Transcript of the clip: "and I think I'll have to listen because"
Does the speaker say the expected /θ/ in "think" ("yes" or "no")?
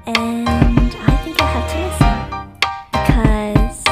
yes